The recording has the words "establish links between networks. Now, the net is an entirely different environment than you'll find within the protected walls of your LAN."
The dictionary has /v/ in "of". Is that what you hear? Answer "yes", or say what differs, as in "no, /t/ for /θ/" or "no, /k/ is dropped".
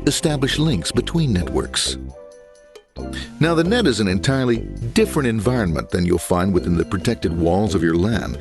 yes